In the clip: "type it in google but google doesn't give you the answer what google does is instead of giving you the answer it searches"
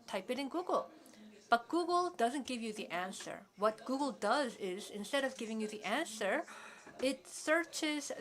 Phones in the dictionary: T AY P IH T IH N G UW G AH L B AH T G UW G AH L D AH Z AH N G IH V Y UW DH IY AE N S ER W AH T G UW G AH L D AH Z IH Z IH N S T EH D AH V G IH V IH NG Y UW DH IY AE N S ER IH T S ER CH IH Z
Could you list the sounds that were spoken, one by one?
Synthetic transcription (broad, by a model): T AY P IH T IH N G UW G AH L B AH T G UW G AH L D AH Z AH N G IH V Y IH DH IY AE N S ER W AH T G UW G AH L D AH Z IH Z IH N S T EH D AH V G IH V IH NG Y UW DH IY AE N S ER IH T S ER CH IH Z